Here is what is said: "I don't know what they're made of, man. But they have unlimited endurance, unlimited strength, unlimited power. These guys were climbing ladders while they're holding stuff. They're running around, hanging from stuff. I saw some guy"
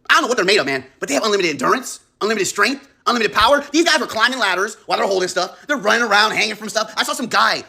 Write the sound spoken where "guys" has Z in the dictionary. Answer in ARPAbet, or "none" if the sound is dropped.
Z